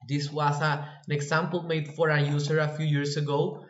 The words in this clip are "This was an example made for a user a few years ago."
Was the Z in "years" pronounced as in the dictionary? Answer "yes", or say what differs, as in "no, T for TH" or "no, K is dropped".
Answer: no, S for Z